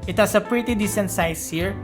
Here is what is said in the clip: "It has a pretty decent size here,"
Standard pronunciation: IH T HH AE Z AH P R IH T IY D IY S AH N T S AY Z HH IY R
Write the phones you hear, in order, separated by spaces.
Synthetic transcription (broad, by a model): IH T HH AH S AH P R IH T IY D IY S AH N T S AY S HH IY R